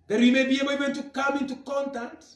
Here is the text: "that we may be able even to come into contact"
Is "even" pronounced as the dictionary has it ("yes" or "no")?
no